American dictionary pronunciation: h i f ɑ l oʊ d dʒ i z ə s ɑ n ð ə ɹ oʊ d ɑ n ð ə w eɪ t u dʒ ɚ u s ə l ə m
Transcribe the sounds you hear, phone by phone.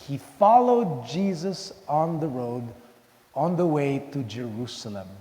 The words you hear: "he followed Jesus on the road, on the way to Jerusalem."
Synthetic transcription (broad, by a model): h i f ɑ l oʊ d dʒ i z ə s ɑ n ð ə ɹ oʊ d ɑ n ð ə w eɪ t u dʒ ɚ u s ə l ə m